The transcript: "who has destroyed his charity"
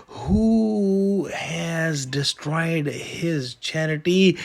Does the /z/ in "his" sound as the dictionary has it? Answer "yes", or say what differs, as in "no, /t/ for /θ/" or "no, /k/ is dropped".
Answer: yes